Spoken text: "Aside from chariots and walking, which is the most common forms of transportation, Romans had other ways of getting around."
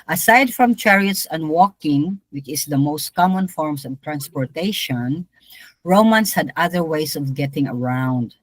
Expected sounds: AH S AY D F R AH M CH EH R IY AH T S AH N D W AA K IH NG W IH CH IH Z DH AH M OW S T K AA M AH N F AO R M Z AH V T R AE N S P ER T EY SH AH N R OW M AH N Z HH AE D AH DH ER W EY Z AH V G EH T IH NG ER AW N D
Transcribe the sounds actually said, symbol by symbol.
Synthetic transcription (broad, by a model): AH S AY D F R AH M CH EH R IY AH T S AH N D W AA K IH NG W IH CH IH S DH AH M OW S T K AA M AH N F AO R M S AH V T R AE N S P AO T EY SH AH N R OW M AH N S HH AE D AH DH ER W EY S AH V G EH T IH NG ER AW N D